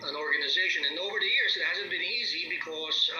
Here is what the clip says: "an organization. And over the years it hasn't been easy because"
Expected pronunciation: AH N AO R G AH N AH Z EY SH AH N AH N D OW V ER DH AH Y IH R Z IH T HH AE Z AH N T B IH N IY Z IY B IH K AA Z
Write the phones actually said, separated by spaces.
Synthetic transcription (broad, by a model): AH N AO R G AH N AH Z EY SH AH N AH N OW V ER DH AH Y IH R Z IH T HH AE Z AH N B IH N IY Z IY B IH K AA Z